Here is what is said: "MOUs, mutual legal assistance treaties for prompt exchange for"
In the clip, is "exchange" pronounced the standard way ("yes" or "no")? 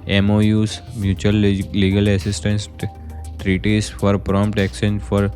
no